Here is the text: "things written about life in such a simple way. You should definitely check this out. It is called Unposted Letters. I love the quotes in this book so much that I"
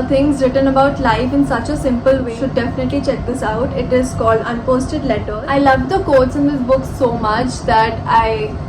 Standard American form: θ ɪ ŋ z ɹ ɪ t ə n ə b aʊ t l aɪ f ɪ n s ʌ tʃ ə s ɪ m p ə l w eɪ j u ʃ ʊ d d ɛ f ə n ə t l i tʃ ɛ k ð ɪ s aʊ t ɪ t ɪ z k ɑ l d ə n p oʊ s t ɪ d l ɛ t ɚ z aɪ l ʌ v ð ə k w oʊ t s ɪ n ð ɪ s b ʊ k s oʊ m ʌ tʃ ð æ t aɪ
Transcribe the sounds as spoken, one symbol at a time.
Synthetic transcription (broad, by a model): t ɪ ŋ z ɹ ɪ t ə n ə b aʊ t l aɪ f ɪ n s ʌ tʃ ə s ɪ m p ə l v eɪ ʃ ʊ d d ɛ f ə n ə t l i tʃ ɛ k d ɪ s aʊ t ɪ t ɪ z k ɑ l d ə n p oʊ s t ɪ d l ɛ t ɚ aɪ l ʌ v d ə k oʊ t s ɪ n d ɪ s b ʊ k s oʊ m ʌ tʃ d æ t aɪ